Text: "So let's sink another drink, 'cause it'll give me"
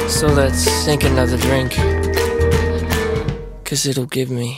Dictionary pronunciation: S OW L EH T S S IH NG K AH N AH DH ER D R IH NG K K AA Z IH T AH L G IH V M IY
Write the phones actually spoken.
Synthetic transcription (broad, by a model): S OW L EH T S TH IH NG K AH N AH DH ER D R IH NG K K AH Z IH T L G IH V M IY